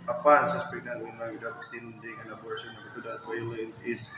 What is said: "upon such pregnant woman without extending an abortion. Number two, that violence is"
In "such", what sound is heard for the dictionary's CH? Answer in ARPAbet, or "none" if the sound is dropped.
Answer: S